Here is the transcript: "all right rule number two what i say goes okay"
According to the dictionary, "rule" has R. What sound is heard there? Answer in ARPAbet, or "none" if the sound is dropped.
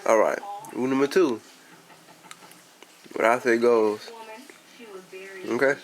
W